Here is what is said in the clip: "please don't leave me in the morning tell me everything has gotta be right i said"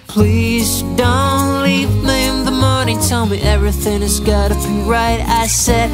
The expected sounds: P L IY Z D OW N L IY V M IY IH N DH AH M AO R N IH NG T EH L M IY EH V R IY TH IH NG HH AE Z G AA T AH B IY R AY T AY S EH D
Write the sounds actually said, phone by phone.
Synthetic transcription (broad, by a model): P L IY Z D OW N L IY V M IY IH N DH AH M AO R N IH NG T EH L M IY EH V R IY TH IH NG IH Z G AA T AH B IY R AY T AY S EH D